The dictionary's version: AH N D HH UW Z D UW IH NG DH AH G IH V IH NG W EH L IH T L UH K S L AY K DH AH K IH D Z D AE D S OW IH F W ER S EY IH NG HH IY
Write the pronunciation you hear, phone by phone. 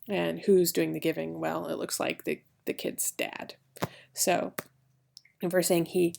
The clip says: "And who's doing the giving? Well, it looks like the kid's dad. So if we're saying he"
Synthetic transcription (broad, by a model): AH N HH UW Z D UW IH NG DH AH G IH V IH NG W EH L IH T L UH K S L AY K DH AH K IH D Z D AE D S OW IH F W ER S EY IH NG HH IY